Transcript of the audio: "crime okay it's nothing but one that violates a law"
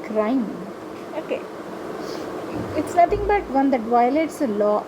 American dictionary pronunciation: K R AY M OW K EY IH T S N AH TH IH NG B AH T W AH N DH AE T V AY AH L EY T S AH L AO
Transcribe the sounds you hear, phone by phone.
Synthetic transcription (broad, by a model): K R AY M OW K EY IH T S N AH T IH NG B AH T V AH N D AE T V AY AH L EY T S AH L AO